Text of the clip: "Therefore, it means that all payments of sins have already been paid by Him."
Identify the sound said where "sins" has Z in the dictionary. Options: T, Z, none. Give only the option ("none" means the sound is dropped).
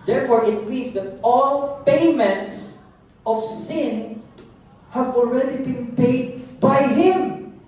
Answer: none